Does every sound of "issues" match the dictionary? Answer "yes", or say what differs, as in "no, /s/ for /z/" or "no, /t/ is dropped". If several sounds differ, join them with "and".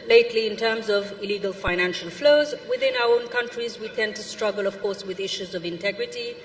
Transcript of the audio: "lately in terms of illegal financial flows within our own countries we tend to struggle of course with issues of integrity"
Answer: yes